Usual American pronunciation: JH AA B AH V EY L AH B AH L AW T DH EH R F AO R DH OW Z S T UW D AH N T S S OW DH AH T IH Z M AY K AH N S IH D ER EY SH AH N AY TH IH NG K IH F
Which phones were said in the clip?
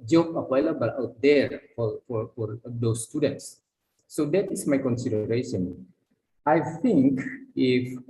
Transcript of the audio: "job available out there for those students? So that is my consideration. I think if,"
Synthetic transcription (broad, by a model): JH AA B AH W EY L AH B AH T AW T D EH R F AO R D OW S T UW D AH N T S S OW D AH T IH S M AY K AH N S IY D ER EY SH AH N AY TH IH NG K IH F